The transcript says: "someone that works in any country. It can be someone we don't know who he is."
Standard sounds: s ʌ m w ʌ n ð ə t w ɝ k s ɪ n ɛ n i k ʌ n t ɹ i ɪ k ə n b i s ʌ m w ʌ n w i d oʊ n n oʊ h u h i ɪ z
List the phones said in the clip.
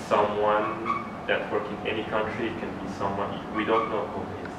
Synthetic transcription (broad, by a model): s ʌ m w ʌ n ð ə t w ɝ k ɪ n ɛ n i k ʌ n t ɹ i k ə n b i s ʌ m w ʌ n w i d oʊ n n oʊ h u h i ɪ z